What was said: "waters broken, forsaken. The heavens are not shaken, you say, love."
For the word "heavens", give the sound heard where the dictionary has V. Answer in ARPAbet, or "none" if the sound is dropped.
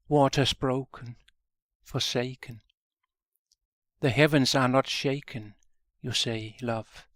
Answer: V